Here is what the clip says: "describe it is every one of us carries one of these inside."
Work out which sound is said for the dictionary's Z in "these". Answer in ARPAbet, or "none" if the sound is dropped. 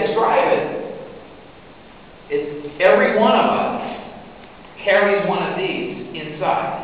Z